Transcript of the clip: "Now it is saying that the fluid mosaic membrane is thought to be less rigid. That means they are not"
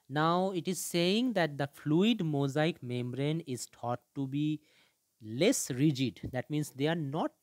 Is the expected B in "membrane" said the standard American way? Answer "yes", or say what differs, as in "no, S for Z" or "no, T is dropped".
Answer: yes